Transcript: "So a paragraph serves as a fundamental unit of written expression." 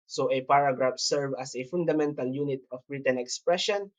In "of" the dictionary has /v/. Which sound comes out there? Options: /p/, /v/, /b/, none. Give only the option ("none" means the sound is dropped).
/b/